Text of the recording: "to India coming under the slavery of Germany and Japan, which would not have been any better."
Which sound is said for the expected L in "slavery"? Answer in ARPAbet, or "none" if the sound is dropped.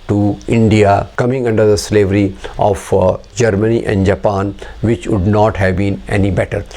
L